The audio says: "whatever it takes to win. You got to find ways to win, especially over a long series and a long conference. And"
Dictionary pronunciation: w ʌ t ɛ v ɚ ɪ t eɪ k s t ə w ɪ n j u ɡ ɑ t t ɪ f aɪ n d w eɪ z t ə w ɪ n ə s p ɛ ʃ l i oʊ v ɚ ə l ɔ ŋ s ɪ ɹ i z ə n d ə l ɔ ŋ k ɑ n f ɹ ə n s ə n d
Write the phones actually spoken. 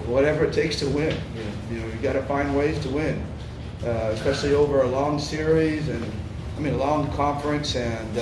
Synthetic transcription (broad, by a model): w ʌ t ɛ v ɚ ɪ t eɪ k s t ə w ɪ n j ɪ ɡ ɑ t t ɪ f aɪ n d w eɪ z t ə w ɪ n ə s p ɛ ʃ l i oʊ v ɚ ə l ɔ ŋ s ɪ ɹ i z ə n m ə l ɔ ŋ k ɑ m f ɹ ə n s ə n